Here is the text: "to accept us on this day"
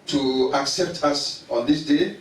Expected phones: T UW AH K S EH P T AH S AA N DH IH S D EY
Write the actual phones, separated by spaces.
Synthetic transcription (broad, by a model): T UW AH K S EH P T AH S AA N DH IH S D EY